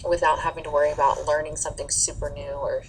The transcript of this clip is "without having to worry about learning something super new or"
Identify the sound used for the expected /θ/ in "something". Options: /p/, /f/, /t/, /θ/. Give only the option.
/θ/